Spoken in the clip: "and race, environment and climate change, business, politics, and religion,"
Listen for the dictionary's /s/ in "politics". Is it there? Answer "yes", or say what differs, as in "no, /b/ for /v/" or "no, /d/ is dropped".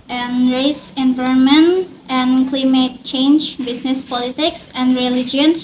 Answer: yes